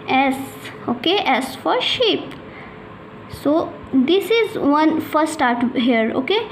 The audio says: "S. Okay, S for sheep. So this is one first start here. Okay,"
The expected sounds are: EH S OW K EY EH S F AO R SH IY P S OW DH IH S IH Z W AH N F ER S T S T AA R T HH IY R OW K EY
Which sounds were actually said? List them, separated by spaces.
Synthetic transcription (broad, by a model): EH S OW K EY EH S F AO R SH IY P S OW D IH S IH Z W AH N F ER T S T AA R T HH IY R OW K EY